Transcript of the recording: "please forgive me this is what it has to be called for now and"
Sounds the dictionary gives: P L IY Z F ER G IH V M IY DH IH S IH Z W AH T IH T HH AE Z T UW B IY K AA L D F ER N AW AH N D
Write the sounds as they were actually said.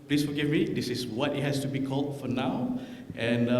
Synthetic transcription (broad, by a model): P L IY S F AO G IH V M IY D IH S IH S W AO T IH T HH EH S T UW B IY K AA L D F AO N AW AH N